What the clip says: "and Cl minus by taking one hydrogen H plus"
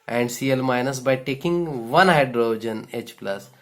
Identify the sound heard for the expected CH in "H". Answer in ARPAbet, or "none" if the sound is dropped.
CH